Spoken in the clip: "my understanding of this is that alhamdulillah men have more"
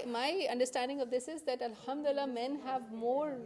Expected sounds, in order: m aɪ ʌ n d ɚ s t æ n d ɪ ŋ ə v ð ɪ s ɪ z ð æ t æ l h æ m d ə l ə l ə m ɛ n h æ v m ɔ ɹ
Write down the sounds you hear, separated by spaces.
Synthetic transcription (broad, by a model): m aɪ ʌ n d ɚ s t æ n d ɪ ŋ ə v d ɪ s ɪ z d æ t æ l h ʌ m d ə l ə l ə m ɛ n h æ v m ɔ ɹ